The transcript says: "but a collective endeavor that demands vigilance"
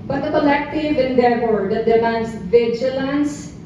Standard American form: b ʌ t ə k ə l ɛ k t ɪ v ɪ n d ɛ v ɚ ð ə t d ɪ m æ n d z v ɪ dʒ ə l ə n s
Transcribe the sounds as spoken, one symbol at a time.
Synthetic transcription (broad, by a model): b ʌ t ə k ə l ɛ k t ɪ v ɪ n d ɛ f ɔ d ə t d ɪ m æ n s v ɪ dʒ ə l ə n s